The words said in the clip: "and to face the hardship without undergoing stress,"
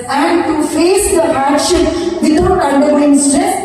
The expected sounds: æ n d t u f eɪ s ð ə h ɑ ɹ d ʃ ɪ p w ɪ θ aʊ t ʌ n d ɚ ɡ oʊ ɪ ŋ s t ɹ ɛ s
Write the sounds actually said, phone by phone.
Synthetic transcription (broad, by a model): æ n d t u f eɪ s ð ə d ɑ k ʃ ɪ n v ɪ t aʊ t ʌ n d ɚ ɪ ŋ s t ɹ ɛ s